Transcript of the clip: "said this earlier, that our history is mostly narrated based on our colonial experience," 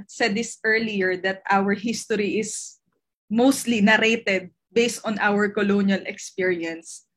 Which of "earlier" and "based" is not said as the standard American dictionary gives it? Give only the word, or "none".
none